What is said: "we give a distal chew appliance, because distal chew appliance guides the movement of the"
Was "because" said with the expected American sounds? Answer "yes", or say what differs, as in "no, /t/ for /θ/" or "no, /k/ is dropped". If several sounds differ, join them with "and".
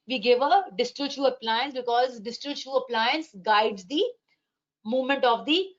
yes